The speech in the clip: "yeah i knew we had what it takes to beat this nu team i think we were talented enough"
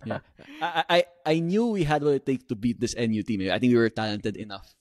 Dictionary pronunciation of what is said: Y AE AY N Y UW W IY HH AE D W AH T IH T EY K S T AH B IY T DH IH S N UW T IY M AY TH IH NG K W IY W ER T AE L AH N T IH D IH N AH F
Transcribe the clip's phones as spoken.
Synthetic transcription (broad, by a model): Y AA AY N Y UW W IY HH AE D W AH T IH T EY K T AH B IY T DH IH S N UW T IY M AY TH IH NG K W IY W ER T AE L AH N T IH D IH N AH F